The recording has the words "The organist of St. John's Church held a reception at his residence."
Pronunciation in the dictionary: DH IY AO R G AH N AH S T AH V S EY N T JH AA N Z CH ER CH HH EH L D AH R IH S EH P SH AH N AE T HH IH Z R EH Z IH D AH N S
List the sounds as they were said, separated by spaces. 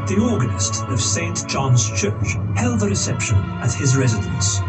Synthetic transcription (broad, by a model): DH IY AO R G AH N AH S T AH V S EY N T JH AA N Z CH ER CH HH EH L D AH R IH S EH P SH AH N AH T HH IH Z R EH Z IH D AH N S